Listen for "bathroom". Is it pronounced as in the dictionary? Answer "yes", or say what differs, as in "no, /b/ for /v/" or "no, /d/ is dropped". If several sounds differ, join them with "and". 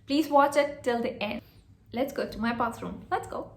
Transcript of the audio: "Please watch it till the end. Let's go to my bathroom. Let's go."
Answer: no, /s/ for /θ/